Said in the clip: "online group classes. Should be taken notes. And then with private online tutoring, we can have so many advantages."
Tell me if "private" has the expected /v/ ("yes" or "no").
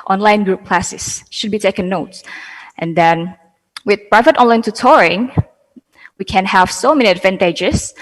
yes